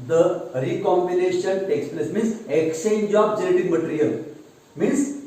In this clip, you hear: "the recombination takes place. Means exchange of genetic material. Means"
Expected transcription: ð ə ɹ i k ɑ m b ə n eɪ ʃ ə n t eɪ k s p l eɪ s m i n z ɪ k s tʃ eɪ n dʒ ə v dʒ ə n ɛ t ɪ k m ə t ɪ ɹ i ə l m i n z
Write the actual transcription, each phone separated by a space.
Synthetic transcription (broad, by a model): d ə ɹ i k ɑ m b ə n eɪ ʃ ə n t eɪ k s p l eɪ s m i n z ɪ k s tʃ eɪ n dʒ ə b dʒ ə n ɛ t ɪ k m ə t ɹ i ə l m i n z